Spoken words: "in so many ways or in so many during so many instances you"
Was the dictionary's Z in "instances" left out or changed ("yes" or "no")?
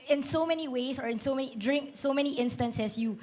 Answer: yes